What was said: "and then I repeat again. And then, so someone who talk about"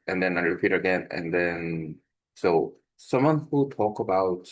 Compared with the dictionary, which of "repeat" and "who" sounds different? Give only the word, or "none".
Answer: none